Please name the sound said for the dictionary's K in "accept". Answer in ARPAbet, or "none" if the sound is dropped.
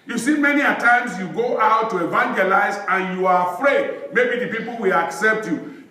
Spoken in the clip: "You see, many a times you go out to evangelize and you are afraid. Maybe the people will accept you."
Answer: K